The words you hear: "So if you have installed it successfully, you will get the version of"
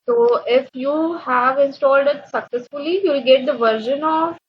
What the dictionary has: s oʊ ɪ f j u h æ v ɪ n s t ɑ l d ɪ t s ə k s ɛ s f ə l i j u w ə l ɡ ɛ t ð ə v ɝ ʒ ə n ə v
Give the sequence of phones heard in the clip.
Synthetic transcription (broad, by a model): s oʊ ɪ f j u h æ v ɪ n s t ɑ l d ɪ t s ə k s ɛ s f ə l i j u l ɡ ɛ t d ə v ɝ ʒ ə n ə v